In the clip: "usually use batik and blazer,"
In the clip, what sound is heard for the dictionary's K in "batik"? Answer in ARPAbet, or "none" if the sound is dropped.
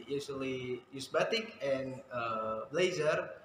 K